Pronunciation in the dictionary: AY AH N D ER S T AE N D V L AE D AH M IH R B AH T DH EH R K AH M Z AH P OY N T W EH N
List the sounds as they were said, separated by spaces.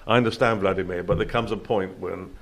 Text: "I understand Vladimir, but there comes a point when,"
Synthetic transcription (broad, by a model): AY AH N D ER S T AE N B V L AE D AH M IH B AH T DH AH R K AH M Z AH P OY N T W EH N